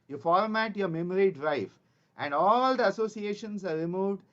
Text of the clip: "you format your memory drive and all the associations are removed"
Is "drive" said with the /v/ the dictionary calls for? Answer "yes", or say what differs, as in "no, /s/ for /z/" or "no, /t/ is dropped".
no, /f/ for /v/